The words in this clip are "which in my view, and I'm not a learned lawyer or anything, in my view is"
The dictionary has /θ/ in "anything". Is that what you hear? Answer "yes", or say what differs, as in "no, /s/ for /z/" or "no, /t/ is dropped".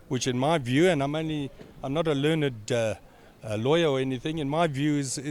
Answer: yes